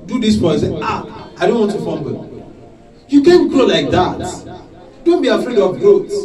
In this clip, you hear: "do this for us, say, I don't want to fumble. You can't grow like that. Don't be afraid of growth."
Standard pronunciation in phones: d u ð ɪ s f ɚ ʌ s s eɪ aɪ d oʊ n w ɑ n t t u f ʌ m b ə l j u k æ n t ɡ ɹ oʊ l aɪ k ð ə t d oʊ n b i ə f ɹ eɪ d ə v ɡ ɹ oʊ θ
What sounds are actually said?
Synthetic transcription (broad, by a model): d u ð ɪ s p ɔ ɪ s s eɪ aɪ d oʊ n w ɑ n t t u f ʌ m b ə j u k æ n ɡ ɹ oʊ l aɪ k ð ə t d oʊ n b i ə f ɹ eɪ d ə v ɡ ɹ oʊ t